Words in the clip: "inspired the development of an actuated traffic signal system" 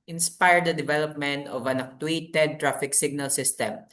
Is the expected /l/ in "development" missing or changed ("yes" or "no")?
no